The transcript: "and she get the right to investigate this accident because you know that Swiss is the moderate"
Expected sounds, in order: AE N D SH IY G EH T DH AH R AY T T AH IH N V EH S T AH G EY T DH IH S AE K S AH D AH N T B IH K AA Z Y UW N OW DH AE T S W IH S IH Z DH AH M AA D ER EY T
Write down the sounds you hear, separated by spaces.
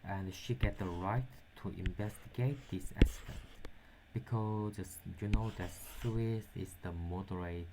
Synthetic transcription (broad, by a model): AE N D SH IY G EH T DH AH R AY T T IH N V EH S T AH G EY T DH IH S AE S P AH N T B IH K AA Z Y UW N OW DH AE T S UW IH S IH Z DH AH M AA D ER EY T